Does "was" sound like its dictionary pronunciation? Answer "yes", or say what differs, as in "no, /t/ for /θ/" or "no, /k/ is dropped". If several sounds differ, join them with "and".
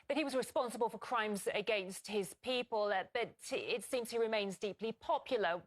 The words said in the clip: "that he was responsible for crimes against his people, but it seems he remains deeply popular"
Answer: yes